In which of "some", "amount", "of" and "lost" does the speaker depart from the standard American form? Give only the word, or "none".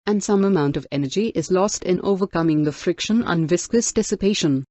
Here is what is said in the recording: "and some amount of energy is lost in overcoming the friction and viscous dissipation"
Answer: none